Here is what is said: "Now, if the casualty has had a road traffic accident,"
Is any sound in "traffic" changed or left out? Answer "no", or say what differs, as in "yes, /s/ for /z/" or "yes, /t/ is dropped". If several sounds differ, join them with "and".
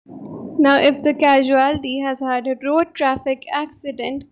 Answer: no